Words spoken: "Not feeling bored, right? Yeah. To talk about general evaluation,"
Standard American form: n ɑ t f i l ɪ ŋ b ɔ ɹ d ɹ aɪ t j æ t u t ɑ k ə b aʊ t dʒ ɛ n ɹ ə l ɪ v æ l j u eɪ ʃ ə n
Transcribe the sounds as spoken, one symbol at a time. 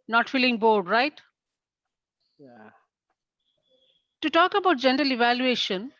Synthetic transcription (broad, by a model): n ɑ t f i l ɪ ŋ b ɔ ɹ d ɹ aɪ t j t u t ɑ k ə b aʊ t dʒ ɛ n ɹ ə l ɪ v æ l j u eɪ ʃ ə n